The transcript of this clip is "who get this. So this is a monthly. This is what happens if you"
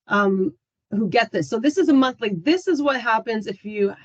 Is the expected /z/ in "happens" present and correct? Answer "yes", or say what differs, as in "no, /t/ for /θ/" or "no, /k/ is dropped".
yes